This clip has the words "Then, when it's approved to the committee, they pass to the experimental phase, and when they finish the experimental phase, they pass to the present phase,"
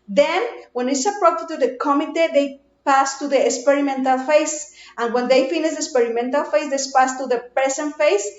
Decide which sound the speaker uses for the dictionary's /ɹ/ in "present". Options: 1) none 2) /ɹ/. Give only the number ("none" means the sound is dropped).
1